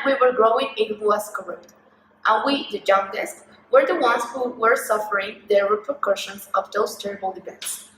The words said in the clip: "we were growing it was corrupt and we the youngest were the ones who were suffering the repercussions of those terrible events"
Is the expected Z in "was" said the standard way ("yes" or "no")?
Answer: no